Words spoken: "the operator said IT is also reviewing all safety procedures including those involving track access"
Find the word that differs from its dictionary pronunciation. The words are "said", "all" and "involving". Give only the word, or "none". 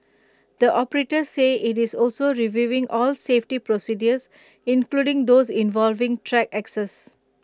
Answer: said